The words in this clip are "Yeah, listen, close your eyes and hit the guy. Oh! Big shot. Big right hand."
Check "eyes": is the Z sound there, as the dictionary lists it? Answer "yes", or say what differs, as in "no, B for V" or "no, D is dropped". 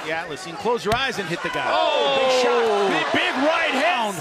yes